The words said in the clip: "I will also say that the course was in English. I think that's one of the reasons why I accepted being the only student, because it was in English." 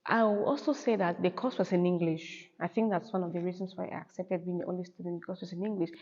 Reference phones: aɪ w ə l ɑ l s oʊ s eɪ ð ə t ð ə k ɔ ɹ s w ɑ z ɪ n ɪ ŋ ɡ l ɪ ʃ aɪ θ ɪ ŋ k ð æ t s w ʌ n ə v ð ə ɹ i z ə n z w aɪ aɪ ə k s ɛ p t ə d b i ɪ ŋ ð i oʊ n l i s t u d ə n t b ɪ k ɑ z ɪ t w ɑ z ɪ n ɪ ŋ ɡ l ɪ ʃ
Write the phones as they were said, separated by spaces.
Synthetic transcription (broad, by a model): aɪ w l ɑ l s oʊ s eɪ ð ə t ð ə k ɔ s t w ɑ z ɪ n ɪ ŋ ɡ l ɪ ʃ aɪ θ ɪ ŋ k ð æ t s w ʌ n ə v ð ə ɹ i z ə n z w aɪ aɪ ə k s ɛ p t ə d b i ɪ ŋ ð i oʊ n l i s t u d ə n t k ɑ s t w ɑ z ɪ n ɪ ŋ ɡ l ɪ ʃ